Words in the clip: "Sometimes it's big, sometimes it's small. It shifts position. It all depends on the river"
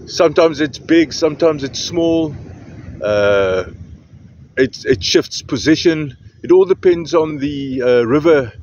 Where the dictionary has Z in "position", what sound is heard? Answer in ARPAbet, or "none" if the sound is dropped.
Z